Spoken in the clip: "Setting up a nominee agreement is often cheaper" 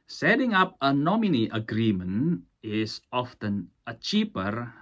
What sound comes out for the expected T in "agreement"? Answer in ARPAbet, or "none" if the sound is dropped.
none